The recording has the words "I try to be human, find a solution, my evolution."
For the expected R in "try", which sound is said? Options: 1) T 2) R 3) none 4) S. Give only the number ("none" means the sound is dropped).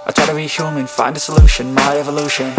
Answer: 3